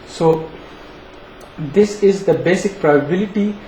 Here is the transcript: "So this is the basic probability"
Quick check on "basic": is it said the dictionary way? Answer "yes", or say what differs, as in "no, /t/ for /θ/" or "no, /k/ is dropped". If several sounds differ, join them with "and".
yes